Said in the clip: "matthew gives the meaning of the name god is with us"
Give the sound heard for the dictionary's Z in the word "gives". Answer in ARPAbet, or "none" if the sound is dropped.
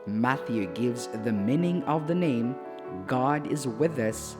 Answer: Z